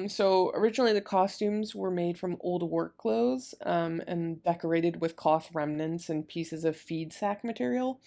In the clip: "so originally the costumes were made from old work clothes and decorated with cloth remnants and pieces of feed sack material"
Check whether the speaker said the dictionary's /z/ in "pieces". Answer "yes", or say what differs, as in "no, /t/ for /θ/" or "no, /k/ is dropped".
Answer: yes